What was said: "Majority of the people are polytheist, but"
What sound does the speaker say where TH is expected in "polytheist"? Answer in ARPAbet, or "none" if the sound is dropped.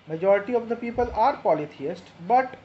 T